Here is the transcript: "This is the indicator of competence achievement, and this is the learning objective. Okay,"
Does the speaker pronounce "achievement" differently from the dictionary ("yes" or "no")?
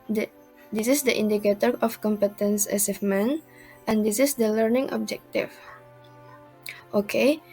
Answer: yes